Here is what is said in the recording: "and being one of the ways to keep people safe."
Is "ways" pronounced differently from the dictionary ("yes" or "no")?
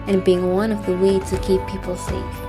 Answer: yes